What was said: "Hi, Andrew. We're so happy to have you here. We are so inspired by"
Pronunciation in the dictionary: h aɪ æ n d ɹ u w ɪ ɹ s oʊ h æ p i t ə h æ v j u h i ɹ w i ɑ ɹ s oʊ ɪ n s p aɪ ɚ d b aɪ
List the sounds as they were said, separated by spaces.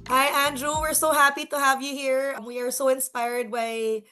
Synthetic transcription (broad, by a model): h aɪ æ n d ɹ u w ɪ ɹ s oʊ h æ p i t ə h æ v j u h i ɹ w i ɑ ɹ s oʊ ɪ n s p aɪ ɚ d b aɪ